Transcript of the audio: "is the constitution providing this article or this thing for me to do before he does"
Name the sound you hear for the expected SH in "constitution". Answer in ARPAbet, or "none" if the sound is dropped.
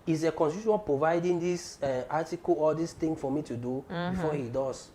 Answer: none